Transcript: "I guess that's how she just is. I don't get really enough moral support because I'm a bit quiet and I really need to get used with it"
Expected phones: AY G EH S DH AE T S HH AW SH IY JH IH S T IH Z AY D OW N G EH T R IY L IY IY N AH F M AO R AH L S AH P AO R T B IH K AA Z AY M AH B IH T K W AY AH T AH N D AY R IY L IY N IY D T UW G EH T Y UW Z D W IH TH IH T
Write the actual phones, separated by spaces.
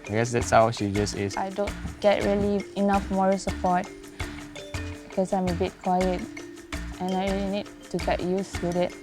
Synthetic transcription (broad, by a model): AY G EH S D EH T S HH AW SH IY JH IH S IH S AY D OW N G EH T R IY L IY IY N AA F M AO R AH S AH P AO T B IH K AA S AY M AH B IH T K W AY AH T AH N AY R IY L IY N IY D T UW G EH T Y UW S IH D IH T